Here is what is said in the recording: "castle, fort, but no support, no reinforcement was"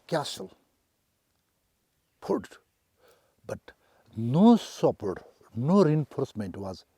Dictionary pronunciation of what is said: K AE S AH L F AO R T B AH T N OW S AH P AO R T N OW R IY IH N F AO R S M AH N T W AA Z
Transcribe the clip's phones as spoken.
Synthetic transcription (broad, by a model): K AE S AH L P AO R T B AH T N OW S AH P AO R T N OW R IY IH N F AO R S M AH N T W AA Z